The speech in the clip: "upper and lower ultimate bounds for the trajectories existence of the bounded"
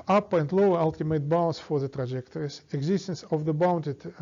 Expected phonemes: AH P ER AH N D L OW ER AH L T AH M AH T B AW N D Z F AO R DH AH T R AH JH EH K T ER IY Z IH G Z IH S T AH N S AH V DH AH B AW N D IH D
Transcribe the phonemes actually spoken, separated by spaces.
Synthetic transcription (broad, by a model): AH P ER AH N D L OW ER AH L T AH M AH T B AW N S F AO R DH AH T R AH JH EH K T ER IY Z IH G Z IH S T AH N S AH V DH AH B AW N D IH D